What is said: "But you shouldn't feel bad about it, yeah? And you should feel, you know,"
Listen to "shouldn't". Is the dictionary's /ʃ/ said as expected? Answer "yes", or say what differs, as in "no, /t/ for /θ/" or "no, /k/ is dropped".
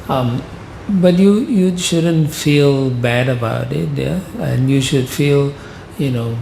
yes